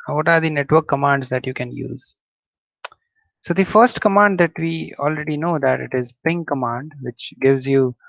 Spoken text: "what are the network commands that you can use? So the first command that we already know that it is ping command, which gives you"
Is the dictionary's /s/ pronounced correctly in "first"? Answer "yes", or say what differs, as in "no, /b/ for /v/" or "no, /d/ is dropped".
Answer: yes